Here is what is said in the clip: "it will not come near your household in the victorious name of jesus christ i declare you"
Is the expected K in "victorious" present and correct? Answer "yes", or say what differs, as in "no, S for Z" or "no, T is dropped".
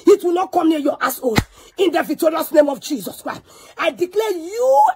no, K is dropped